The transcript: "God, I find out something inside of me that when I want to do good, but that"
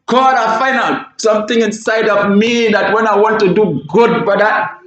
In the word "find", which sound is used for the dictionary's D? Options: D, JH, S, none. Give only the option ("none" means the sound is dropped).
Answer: none